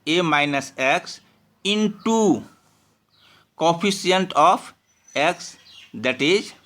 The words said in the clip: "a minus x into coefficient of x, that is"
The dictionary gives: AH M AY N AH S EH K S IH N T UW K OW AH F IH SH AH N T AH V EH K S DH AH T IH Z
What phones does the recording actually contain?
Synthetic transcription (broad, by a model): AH M AY N AH S EH K S IH N T UW K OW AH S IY AH N T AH P EH K S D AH T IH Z